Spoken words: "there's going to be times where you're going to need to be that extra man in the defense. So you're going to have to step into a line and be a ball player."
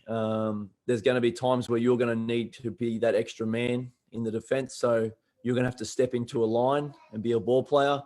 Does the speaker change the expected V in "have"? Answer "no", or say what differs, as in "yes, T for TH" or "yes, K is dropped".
yes, F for V